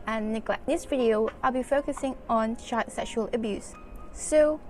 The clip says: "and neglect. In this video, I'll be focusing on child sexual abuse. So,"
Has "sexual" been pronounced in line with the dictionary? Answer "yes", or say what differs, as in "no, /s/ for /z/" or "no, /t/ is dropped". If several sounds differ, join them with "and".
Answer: yes